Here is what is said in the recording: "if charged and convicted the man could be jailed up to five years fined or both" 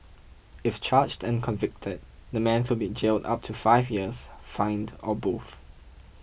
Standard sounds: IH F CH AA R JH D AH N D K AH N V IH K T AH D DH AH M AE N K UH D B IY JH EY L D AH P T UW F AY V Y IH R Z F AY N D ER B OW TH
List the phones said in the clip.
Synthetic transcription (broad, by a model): IH F CH AA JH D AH N K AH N V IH K T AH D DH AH M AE N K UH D B IY JH EY L D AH P T UW F AY V Y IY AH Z F AY N D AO B OW TH